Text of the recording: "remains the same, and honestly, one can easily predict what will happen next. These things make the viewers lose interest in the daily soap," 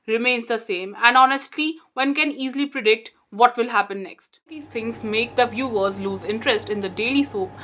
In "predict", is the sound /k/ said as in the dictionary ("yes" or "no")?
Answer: yes